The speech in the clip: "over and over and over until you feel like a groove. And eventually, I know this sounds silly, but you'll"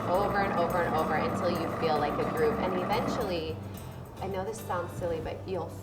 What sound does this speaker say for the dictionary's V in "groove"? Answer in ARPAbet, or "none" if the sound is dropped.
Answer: P